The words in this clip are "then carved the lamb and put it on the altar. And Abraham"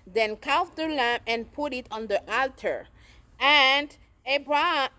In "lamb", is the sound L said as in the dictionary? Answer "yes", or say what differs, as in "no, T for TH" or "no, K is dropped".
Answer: yes